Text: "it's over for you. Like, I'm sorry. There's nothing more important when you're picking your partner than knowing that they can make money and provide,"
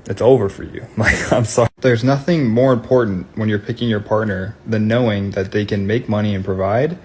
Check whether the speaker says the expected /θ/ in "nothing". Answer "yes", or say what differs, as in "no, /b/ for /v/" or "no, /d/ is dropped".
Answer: yes